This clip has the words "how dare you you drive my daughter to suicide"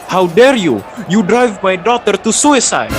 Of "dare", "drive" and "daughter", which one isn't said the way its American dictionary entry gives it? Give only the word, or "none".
none